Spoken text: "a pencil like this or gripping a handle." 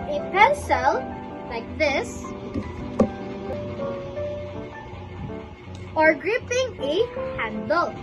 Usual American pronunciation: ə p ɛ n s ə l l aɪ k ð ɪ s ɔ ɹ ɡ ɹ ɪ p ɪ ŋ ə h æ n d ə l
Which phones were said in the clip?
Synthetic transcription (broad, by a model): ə p ɛ n s ə l l aɪ k ð ɪ s ɔ ɹ ɡ ɹ ɪ p ɪ ŋ ə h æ n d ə l